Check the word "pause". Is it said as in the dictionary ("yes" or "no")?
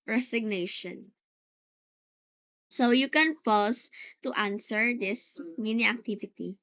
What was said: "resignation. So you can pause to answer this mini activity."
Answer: no